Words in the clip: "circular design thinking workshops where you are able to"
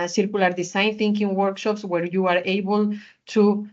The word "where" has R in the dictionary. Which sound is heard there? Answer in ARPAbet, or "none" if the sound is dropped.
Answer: R